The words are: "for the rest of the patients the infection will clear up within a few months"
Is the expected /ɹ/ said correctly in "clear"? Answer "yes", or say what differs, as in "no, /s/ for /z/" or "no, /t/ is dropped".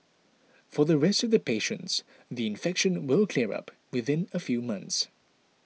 yes